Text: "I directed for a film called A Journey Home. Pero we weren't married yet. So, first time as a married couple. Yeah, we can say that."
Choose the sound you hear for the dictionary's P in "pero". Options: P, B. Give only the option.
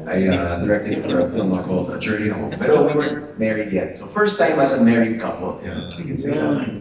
B